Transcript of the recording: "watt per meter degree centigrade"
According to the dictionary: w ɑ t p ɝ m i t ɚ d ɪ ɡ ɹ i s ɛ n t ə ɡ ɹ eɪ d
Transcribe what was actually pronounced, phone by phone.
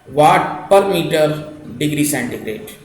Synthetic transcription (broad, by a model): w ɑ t p ɝ m i t ɚ d ɪ ɡ ɹ i s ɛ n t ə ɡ ɹ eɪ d